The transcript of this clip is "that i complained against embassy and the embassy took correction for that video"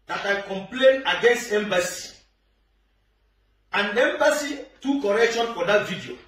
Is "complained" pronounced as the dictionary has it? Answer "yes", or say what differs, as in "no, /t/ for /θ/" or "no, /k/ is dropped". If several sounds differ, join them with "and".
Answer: no, /d/ is dropped